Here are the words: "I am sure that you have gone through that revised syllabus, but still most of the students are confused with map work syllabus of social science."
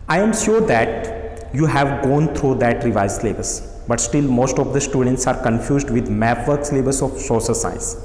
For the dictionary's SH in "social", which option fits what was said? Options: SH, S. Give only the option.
S